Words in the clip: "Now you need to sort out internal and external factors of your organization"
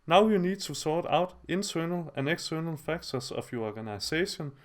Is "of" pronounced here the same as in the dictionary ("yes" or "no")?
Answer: no